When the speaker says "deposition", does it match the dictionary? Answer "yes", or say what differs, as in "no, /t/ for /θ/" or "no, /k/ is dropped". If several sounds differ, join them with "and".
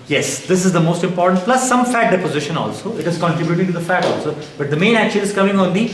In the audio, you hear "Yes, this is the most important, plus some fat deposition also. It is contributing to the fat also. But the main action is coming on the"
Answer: yes